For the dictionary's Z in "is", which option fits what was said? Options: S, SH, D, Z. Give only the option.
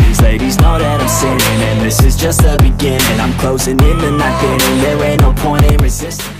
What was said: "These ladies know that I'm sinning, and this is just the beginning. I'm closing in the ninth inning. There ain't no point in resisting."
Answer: Z